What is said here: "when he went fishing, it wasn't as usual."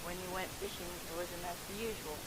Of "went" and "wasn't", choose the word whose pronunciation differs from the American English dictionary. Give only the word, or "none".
wasn't